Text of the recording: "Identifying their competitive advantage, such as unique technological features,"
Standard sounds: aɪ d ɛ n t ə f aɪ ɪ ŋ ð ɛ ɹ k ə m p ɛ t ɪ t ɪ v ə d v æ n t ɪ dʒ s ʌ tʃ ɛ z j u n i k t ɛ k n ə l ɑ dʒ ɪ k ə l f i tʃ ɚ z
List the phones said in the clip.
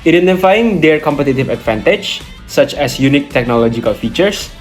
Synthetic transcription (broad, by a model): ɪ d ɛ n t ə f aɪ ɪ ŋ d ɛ ɹ k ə m p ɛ t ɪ t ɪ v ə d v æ n t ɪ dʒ s ʌ tʃ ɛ s j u n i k t ɛ k n ə l ɑ dʒ ɪ k ə l f i tʃ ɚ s